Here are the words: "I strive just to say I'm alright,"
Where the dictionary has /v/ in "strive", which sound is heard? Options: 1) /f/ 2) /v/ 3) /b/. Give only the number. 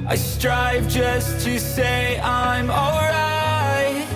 2